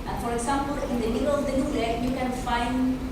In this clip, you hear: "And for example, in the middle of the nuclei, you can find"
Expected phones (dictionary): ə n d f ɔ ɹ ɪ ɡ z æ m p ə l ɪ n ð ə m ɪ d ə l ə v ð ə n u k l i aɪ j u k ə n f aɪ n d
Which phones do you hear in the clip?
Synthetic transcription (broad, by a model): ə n f ɔ ɹ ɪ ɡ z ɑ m p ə l ɪ n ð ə m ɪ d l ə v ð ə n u l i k j u k ə n f aɪ n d